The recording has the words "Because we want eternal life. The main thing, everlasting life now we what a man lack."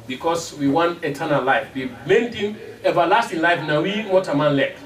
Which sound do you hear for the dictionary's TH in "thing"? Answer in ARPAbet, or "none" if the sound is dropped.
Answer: T